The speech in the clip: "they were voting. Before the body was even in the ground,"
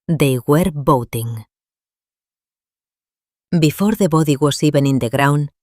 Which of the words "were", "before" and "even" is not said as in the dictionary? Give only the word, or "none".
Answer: even